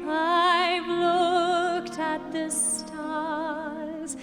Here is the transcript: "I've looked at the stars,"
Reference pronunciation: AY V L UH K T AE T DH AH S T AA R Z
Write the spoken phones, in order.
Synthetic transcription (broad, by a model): AY L UH K T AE T DH AH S T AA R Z